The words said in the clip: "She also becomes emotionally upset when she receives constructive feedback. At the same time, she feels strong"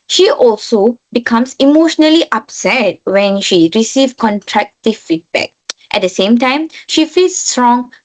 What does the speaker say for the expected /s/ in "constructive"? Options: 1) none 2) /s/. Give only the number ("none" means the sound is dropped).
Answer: 1